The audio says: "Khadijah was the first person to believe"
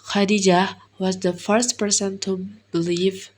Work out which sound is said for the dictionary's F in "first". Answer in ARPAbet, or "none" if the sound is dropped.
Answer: F